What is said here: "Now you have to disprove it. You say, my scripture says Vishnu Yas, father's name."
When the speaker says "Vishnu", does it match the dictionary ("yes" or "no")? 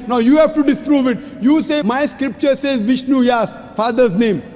yes